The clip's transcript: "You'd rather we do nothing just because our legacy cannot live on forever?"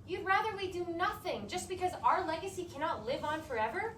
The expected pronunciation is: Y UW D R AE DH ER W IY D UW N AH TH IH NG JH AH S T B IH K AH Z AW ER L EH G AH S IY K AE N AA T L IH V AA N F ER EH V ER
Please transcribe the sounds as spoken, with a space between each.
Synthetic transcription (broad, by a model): Y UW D R AE DH ER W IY D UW N AH TH IH NG JH AH S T B IH K AH Z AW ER L EH G AH S IY K AE N AA T L IH V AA N F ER EH V ER